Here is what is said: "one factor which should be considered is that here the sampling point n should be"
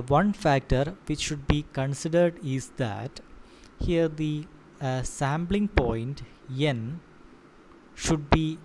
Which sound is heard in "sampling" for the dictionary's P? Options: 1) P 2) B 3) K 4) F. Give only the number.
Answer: 2